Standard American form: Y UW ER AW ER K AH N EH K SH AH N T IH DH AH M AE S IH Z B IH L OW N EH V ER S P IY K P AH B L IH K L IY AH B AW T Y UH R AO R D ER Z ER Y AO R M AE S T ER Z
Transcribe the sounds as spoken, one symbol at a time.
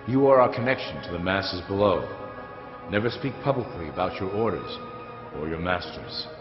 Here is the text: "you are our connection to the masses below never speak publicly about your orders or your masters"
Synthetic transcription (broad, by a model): Y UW ER AW ER K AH N EH K SH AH N T IH DH AH M AE S IH Z B IH L OW N EH V ER S P IY K P AH B L IH K L IY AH B AW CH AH R AO R D ER Z ER Y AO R M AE S T ER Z